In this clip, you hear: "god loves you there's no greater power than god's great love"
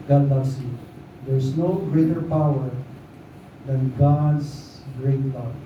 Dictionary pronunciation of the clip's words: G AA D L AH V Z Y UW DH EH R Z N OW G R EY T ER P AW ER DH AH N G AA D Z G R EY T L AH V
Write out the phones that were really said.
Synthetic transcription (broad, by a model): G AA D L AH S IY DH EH R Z N OW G R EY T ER P AW ER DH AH N G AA D S G R EY T L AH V